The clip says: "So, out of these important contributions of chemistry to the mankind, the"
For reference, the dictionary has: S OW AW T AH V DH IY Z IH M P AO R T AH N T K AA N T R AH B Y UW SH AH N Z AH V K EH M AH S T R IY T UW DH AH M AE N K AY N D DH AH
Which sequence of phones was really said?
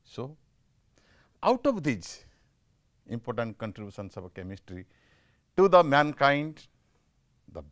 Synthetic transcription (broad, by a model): S OW AW T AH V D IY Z IH M P AO R T AH N T K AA N T R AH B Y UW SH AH N S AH B K EH M AH S T R IY T UW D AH M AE N K AY N D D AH